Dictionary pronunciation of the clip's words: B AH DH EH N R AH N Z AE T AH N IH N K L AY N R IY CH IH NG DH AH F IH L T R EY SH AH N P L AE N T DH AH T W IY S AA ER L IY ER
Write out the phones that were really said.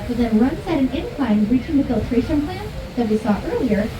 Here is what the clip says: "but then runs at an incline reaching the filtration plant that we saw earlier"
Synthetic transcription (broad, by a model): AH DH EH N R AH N S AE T AH N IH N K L AY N R IY CH IH NG DH AH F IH L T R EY SH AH N P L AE N DH AH T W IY S AA ER L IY ER